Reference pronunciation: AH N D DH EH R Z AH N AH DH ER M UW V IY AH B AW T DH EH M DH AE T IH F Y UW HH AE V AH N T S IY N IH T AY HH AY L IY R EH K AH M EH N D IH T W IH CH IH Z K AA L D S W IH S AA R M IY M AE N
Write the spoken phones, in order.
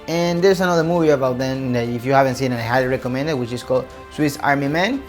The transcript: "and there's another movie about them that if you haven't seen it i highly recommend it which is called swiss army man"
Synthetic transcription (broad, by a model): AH N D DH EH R S AH N AH DH ER M UW V IY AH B AW T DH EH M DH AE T IH F Y UW HH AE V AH N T S IY N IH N AY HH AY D R EH K AH M EH N D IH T W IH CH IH S K AA L D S W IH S AA R M IY M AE N